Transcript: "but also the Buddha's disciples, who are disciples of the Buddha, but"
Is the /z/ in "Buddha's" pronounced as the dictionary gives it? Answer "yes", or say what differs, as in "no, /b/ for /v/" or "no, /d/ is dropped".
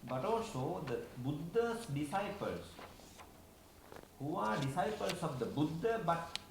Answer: no, /s/ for /z/